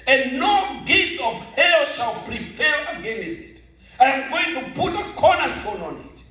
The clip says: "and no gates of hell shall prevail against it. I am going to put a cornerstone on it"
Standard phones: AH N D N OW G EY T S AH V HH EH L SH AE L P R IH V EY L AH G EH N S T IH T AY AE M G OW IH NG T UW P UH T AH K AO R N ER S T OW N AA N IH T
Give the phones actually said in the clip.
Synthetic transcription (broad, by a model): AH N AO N G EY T AH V HH EH L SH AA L P R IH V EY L AH G EH N S T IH T AY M G OW IH NG T UW P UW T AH K AO N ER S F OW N AA N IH T